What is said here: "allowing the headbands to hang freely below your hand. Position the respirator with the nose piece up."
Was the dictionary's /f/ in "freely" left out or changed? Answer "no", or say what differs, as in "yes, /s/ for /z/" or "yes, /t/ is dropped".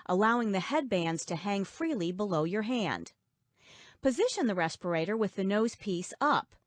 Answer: no